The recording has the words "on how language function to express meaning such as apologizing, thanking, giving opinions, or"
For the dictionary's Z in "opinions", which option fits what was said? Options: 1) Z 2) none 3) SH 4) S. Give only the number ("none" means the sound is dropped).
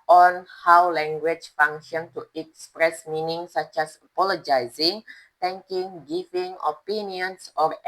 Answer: 4